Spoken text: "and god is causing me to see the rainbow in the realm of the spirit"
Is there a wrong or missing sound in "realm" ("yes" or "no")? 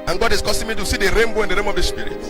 yes